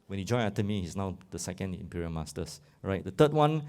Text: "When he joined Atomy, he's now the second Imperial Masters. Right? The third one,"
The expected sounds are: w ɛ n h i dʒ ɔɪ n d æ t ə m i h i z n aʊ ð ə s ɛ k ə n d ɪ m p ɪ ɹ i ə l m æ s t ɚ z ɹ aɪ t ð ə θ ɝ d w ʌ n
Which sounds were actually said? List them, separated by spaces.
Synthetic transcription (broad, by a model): w ɛ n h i dʒ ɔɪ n ɑ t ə m i h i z n aʊ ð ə s ɛ k ə n d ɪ m p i ɹ i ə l m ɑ s t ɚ s ɹ aɪ t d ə t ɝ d w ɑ n